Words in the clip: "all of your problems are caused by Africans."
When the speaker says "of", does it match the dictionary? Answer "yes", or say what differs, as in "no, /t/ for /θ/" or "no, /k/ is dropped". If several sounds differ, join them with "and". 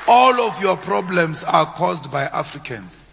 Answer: no, /f/ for /v/